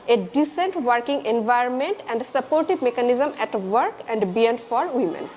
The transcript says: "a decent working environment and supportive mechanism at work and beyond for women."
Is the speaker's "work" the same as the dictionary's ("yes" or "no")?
yes